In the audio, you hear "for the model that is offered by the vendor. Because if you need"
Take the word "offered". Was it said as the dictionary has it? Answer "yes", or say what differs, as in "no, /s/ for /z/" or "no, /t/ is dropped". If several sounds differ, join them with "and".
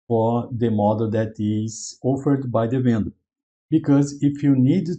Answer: yes